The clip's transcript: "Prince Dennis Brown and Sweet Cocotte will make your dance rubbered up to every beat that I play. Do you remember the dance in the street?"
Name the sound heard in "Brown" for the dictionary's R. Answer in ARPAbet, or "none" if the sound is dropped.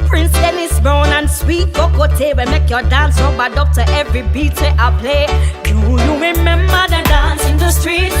none